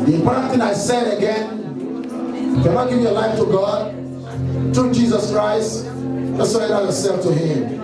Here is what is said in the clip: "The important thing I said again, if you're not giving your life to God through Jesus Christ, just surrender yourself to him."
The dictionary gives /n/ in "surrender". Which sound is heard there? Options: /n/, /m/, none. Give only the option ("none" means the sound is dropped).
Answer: none